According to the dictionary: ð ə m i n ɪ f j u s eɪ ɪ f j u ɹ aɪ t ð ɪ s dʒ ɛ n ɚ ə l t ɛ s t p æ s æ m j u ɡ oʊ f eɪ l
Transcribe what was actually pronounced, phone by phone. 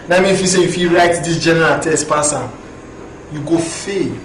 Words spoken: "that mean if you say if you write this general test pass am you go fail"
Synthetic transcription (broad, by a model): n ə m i ɪ f j u s eɪ ɪ f j u ɹ aɪ t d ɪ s dʒ ɛ n ɚ ə l t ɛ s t p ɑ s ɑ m j u ɡ oʊ f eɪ